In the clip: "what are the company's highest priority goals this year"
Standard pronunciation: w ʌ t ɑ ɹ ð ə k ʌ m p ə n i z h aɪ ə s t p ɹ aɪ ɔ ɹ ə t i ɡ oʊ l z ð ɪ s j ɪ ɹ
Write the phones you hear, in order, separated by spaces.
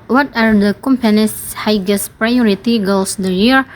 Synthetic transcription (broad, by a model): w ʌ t ɑ ɹ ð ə k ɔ m p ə n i s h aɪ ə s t p ɹ aɪ ɔ ɹ ə t i ɡ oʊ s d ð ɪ j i ɹ